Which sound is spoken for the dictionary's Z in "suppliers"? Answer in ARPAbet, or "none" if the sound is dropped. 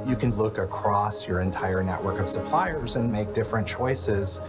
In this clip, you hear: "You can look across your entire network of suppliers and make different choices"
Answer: Z